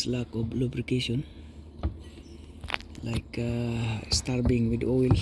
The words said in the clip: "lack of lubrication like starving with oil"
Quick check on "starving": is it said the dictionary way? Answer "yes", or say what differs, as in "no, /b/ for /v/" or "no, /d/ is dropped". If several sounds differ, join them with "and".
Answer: no, /b/ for /v/